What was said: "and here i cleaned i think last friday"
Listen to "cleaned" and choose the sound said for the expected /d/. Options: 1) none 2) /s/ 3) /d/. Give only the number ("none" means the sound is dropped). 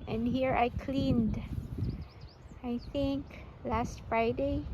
3